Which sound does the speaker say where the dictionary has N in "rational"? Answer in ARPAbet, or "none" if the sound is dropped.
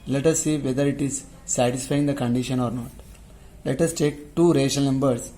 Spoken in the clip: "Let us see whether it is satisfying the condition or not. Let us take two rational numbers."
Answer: none